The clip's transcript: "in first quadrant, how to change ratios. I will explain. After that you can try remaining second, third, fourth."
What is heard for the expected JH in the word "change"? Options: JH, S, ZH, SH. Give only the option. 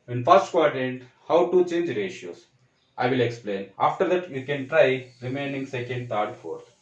JH